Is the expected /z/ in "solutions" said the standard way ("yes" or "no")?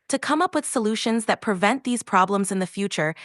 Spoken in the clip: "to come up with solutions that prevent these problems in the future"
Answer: yes